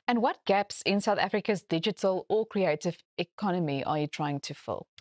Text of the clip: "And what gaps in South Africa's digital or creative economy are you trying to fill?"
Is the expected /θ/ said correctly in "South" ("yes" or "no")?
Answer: yes